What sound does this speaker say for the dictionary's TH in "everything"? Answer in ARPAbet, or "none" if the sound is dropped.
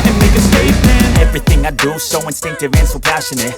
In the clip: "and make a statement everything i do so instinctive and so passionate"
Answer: TH